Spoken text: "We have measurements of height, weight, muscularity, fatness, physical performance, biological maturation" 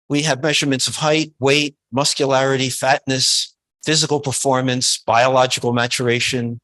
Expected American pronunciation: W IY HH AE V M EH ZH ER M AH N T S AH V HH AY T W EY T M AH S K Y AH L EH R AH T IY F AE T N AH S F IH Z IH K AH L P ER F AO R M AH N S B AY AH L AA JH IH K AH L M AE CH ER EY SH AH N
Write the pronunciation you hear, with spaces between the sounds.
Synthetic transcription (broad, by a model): W IY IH V M EH ZH ER M AH N T S AH V HH AY T W EY T M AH S K Y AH L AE R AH T IY F AE T N AH S F IH Z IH K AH L P ER F AO R M AH N S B AY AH L AA JH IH K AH L M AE CH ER EY SH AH N